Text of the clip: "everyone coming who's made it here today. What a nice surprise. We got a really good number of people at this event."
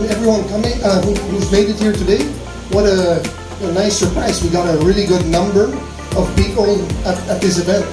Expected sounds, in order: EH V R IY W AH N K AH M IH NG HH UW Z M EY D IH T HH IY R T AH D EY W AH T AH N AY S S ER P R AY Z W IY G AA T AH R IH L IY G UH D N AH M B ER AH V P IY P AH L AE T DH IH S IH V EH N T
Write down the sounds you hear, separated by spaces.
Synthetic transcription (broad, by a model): EH V R IY W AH N K AH M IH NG HH UW Z M EY D IH T HH IY R T AH D EY W AH T AH N AY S S ER P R AY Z W IY G AA T AH R IH L IY G UH D N AH M B ER AH V P IY P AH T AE T DH IH S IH V EH N T